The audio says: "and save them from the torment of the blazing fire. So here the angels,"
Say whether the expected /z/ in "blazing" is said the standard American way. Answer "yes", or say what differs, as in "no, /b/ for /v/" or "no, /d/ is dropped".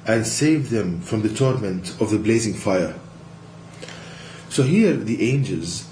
yes